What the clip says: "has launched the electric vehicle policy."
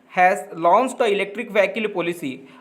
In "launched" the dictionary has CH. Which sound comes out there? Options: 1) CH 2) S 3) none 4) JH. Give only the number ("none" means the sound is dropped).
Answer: 2